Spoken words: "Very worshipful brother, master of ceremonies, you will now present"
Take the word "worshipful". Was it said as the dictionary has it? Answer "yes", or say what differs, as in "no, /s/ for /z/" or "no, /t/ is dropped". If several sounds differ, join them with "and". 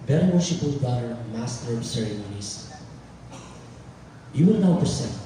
no, /f/ is dropped